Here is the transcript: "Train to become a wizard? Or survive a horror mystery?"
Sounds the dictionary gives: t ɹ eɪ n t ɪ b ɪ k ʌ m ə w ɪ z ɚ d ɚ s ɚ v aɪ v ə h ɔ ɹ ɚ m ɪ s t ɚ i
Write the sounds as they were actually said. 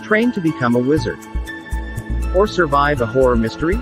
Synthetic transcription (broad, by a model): t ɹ eɪ n t ɪ b ɪ k ʌ m ə w ɪ z ɚ d ɚ s ɚ v aɪ v ə h ɔ ɹ ɚ m ɪ s t ɚ i